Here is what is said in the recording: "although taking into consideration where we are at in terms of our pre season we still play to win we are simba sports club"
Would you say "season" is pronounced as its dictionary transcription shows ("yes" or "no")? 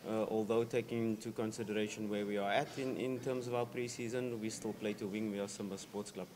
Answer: yes